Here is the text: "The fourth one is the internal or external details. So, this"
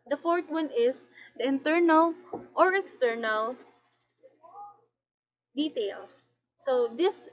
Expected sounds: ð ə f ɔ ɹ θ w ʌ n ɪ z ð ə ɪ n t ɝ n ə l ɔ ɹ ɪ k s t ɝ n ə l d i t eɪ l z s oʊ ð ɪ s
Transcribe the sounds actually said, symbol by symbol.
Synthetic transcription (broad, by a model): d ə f ɔ ɹ t w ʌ n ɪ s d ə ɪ n t ɝ n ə l ɔ ɹ ɪ k s t ɝ n ə l d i t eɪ l s oʊ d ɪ s